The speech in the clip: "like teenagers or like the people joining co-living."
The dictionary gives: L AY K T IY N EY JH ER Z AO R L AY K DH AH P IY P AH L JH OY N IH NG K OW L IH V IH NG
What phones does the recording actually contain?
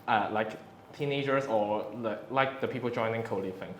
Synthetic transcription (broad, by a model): L AY K T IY N EY JH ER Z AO L L AY K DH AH P IY P AH L JH OY N IH NG K OW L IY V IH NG